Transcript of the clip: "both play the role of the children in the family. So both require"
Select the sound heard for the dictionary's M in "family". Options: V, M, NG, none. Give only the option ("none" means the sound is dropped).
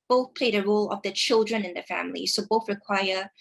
M